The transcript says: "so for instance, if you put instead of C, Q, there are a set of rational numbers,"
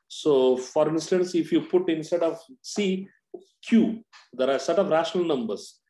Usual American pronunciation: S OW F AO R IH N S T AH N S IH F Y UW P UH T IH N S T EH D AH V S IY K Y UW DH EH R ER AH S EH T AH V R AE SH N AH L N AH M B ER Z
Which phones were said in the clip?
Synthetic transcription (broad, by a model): S OW F AO R IH N S T AH N S IH F Y UW P UH T IH N S T EH D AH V S IY K Y UW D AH R AH S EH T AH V R AE SH N AH L N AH M B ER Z